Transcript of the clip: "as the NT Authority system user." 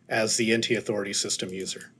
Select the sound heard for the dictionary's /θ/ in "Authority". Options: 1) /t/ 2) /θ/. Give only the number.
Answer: 2